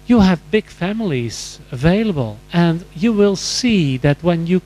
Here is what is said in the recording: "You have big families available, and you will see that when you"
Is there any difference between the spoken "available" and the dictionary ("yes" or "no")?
no